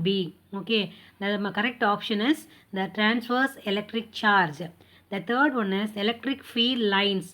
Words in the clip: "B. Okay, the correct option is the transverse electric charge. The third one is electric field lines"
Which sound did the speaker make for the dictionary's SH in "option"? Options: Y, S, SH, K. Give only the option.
SH